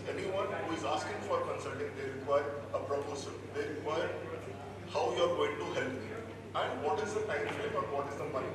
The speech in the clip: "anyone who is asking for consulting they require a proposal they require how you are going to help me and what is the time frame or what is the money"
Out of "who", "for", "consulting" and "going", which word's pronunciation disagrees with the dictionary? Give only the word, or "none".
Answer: none